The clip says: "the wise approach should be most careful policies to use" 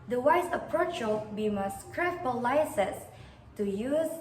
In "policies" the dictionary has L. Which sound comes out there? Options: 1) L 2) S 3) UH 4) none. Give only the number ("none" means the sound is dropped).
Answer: 4